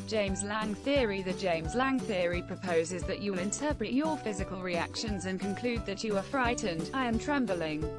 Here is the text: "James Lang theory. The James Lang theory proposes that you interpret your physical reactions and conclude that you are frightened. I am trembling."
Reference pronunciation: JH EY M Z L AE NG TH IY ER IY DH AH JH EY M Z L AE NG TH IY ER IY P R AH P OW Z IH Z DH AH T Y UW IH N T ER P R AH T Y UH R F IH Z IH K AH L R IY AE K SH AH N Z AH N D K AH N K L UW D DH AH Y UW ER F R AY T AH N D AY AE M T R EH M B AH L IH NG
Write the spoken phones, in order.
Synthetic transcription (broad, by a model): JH EY M Z L AE NG TH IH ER IY DH AH JH EY M Z L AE NG TH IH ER IY P R AH P OW Z IH Z DH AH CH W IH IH N T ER P R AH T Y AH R F IH Z IH K AH L R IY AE K SH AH N Z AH N K AH N K L UW D DH AH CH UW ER F R AY T N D AY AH M T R EH M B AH L IH NG